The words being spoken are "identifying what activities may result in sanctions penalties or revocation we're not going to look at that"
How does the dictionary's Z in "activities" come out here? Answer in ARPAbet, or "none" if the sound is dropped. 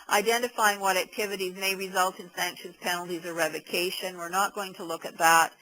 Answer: Z